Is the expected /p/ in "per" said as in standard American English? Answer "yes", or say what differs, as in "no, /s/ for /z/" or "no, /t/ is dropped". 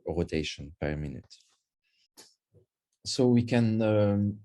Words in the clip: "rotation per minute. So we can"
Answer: yes